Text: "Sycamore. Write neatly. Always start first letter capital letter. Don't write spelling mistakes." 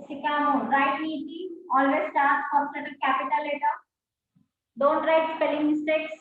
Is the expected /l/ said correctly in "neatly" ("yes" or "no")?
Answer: no